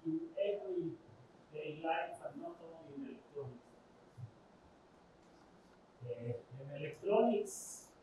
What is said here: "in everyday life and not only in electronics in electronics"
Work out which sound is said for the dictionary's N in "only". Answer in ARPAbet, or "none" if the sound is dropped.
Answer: none